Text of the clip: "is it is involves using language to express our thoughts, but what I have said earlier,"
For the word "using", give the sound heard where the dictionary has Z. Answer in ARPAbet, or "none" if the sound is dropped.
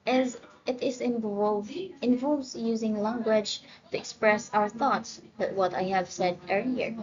Z